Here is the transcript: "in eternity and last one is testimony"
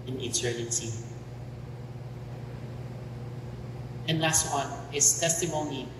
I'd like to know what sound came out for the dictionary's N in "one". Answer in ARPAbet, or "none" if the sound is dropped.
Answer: N